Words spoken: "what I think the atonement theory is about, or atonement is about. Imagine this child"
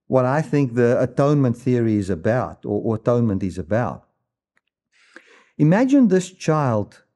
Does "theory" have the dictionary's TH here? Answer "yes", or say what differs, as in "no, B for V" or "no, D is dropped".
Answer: yes